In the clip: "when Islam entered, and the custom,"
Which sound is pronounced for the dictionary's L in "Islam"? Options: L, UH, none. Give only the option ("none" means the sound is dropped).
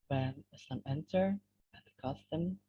none